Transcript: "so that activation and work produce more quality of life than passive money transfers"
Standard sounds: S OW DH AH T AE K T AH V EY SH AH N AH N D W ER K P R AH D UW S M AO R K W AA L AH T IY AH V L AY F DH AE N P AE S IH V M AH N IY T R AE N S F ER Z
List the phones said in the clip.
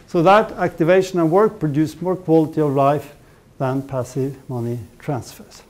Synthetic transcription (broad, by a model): S OW DH AH T AE K T AH V EY SH AH N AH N W ER K P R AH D UW S M AO R K W AA L AH T IY AH V L AY F DH AE N P AE S IH V M AH N IY T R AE N S F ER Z